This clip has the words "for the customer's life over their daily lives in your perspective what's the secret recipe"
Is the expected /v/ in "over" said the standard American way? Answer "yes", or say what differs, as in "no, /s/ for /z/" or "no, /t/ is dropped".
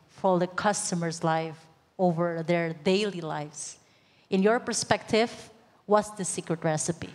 yes